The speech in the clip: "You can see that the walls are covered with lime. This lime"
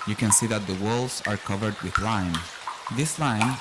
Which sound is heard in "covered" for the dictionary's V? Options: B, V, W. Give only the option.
V